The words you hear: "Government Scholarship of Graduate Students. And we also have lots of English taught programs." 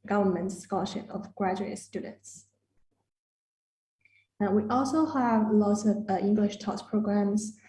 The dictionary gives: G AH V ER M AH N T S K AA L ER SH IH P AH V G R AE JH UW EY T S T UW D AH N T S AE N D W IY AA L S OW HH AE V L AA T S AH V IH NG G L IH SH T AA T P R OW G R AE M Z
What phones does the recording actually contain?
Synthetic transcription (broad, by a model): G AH V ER M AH N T S K AA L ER SH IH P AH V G R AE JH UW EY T S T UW D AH N T S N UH W IY AA L S OW HH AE V L AA T S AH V IH NG G L IH SH T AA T P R OW G R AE M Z